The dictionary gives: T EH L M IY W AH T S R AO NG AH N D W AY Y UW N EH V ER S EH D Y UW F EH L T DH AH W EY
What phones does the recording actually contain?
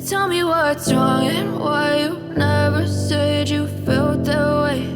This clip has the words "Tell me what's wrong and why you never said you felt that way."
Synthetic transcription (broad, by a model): T EH L M IY W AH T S R AO NG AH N W AY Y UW N EH V ER S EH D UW F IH L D DH AH W EY